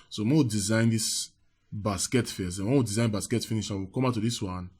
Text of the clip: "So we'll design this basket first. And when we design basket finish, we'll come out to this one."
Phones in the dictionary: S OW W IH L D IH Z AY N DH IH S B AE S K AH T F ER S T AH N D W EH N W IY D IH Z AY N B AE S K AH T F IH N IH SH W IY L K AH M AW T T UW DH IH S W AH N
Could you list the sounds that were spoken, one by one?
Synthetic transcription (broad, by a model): S OW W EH W D IH Z AY N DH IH S B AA S K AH T F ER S AH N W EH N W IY D IH Z AY N B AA S K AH T F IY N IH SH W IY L K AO M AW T T UW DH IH S W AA N